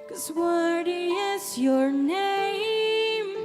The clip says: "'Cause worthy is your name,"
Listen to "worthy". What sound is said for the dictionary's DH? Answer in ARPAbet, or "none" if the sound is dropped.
none